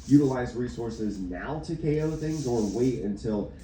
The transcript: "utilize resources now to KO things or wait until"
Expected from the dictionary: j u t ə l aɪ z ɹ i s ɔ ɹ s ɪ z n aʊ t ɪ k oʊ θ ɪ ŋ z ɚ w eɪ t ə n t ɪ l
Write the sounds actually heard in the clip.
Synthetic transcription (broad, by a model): j u t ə l aɪ z ɹ i s ɔ ɹ s ɪ z n aʊ t ɪ k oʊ θ ɪ ŋ z ɚ w eɪ t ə n t ɪ l